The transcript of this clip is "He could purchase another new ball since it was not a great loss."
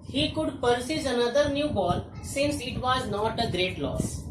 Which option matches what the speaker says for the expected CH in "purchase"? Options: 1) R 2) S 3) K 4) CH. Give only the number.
2